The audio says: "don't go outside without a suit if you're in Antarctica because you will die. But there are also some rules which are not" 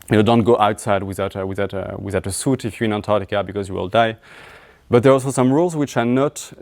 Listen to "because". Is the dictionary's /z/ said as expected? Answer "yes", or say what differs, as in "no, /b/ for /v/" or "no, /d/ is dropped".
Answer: yes